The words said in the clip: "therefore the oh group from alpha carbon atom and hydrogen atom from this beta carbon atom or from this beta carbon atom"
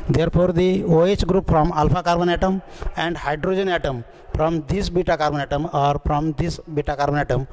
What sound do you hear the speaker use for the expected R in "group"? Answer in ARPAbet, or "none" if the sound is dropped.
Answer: R